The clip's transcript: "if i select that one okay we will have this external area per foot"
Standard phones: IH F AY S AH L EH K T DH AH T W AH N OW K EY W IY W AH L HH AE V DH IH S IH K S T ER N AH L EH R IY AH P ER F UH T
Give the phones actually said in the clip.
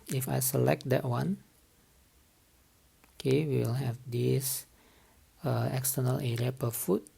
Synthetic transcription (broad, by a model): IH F AY S AH L EH K T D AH T W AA N OW K EY W IY L HH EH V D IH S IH K S T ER N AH L EH R IY AH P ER F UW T